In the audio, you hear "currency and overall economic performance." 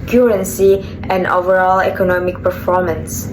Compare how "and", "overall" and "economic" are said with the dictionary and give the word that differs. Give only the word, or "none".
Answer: none